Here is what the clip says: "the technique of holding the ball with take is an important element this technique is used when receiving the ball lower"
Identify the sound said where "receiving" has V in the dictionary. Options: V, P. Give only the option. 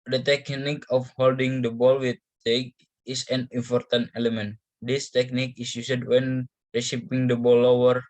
P